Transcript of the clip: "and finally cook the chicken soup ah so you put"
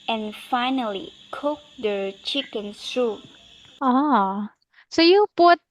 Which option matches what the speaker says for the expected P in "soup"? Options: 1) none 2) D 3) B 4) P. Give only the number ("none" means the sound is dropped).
1